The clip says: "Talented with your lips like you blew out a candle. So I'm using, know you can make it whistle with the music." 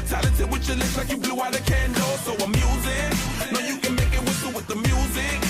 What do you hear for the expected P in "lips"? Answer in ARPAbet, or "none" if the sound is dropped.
none